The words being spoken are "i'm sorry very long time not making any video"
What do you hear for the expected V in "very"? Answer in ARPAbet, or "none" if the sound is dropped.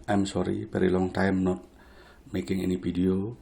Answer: B